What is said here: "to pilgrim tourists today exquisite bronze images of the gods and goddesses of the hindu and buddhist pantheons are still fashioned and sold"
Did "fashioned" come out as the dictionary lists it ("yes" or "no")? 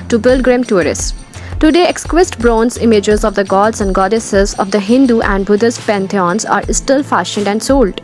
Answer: yes